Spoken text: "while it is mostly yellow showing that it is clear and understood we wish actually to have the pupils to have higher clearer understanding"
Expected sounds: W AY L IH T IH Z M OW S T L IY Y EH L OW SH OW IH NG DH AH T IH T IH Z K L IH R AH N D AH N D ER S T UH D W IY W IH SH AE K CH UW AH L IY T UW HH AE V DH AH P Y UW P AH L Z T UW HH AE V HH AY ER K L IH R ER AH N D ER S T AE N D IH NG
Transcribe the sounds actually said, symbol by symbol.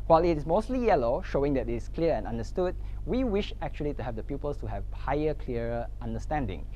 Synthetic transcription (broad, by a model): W AY L IH T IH S M OW S T L IY Y EH L OW SH OW IH NG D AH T IH T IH S K L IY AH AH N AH N D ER S T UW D W IY W IH SH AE K CH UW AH L IY T UW HH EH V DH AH P Y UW P AH L S T UW HH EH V HH AY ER K L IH ER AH N D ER S T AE N D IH NG